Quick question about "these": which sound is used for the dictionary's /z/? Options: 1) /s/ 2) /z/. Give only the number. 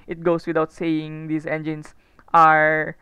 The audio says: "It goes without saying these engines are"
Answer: 1